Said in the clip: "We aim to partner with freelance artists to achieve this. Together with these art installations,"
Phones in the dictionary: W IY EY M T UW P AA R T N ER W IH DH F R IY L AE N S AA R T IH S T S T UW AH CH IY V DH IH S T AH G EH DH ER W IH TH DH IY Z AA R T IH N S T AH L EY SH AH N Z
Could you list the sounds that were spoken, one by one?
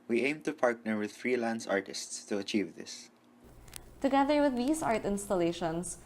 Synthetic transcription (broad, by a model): W IY EY M T UW P AA R T N ER W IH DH F R IY L AE N S AA R T IH S T S T UW AH CH IY V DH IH S T AH G EH DH ER W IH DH IY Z AA R T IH N S T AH L EY SH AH N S